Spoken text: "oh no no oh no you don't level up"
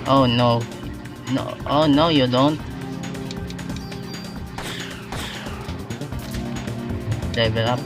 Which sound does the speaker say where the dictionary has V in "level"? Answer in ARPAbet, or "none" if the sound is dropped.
B